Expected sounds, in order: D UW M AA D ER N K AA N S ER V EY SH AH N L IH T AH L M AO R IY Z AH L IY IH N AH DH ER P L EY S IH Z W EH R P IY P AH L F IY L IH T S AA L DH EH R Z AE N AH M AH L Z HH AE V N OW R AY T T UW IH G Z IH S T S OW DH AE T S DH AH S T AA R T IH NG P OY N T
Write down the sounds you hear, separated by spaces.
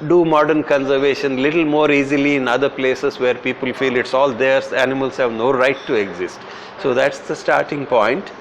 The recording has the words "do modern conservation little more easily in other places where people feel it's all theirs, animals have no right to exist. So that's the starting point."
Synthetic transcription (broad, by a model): D UW M AA D ER N K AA N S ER V EY SH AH N L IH T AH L M AO R IY Z AH L IY IH N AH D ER P L EY S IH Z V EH R P IY P AH L F IY L IH T S AA L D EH R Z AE N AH M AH L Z HH AE V N OW R AY T T UW IH G Z IH S T S OW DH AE T S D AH S T AA R T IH NG P OY N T